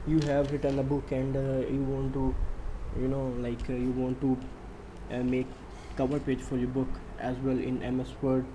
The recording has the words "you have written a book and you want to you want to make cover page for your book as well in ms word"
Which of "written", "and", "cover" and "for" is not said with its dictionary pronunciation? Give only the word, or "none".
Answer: written